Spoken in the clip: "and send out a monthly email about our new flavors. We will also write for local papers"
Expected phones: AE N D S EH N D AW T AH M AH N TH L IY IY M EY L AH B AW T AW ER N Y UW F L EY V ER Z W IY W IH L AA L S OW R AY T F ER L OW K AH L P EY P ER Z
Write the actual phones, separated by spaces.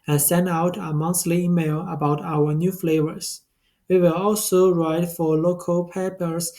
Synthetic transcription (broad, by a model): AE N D S EH N D AW T AH M AH N TH L IY IY M EY L AH B AW T AW ER N Y UW F L EY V ER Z W IY W IH L AA L S OW R AY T F ER L OW K AH L P EY P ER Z